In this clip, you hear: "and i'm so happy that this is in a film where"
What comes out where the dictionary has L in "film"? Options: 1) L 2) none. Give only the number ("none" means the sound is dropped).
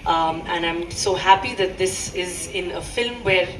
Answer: 1